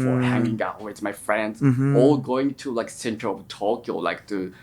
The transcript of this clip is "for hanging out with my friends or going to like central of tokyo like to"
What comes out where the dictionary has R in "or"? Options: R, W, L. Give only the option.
L